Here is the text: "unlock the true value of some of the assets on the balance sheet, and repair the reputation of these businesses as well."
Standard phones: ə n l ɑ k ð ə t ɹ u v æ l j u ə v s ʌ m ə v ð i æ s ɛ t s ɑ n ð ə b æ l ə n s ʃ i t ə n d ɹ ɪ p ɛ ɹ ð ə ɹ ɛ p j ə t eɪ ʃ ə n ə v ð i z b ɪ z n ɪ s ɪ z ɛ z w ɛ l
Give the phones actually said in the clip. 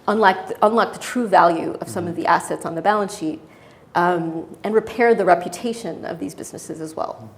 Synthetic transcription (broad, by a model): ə n l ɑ k ð ə t ɹ u v æ l j u ə v s ʌ m ə v ð i æ s ɛ t s n ð ə b æ l ə n s ʃ i t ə n ɹ ɪ p ɛ ɹ ð ə ɹ ɛ p j ə t eɪ ʃ ə n ə v ð i z b ɪ z n ɪ s ɪ z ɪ z w ɛ l